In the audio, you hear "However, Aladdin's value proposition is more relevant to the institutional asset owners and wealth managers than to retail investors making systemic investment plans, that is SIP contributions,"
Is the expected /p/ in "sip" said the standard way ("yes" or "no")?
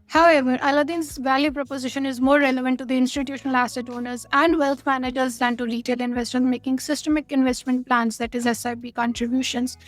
no